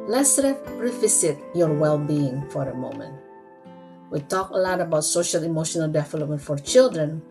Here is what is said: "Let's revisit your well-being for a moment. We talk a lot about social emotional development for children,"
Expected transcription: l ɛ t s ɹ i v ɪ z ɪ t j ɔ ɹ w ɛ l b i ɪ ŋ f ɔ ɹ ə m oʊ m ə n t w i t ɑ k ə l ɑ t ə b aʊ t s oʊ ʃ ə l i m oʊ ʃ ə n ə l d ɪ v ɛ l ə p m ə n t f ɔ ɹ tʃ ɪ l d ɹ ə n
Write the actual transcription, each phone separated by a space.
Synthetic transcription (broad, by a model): l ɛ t s ɹ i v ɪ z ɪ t j ɔ ɹ w ɛ l b i ɪ ŋ f ɔ ɹ ə m oʊ m ə n t w i t ɑ k ə l ɑ t ə b aʊ t s oʊ ʃ ə l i m oʊ ʃ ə n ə l d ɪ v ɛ l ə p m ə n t f ɔ ɹ tʃ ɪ l d ɹ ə n